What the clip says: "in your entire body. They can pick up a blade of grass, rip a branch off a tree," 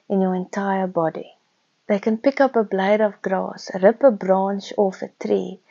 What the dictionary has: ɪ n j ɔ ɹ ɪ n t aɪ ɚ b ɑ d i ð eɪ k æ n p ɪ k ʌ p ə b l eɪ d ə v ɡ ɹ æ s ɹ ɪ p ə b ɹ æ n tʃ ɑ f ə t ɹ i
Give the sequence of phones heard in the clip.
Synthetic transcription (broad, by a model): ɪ n j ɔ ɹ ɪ n t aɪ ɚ b ɑ d i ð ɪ k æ n p ɪ k ʌ p ə b l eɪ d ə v ɡ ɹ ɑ s ɹ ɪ p ə b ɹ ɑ n ʃ ɑ f ə t ɹ i